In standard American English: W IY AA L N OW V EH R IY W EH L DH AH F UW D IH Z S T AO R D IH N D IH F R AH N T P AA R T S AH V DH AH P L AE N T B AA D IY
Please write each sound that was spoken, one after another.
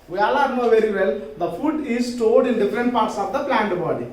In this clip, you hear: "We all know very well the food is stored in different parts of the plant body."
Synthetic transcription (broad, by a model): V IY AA L N OW V EH R IY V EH L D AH F UW D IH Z S T AO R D IH N D IH F R AH N T P AA R T S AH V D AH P L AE N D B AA D IY